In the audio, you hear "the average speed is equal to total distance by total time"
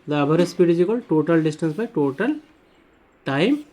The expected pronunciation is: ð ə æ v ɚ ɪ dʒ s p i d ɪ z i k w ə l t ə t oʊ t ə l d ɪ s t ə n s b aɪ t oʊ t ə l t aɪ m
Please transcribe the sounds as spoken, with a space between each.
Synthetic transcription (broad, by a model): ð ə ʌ b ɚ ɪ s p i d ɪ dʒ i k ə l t t oʊ t ə l d ɪ s t ə n s b aɪ t oʊ t ə l t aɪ m